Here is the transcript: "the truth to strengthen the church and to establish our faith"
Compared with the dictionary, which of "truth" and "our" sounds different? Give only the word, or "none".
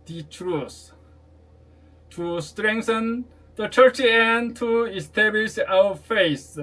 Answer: truth